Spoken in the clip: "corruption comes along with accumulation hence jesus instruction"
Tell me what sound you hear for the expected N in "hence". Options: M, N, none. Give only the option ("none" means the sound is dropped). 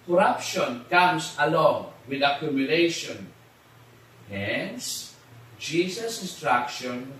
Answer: N